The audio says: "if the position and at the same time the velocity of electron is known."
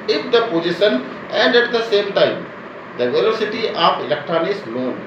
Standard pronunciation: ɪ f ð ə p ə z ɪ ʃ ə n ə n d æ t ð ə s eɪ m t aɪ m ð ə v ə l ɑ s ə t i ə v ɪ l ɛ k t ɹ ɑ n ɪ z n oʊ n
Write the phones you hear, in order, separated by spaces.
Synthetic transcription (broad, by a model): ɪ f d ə p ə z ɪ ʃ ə n ə n d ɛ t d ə s eɪ m t aɪ m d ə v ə l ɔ s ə t i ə p ɪ l ɛ k t ɹ ɑ n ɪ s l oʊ n